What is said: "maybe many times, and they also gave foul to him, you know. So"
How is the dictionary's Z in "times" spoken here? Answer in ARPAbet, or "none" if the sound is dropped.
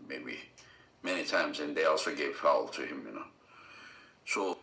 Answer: Z